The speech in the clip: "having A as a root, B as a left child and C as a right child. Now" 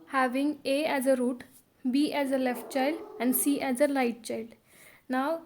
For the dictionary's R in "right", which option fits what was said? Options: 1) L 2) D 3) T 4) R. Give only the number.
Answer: 1